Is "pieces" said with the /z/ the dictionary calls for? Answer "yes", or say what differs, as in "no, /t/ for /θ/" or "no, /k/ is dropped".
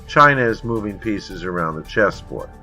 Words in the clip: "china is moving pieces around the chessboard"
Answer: yes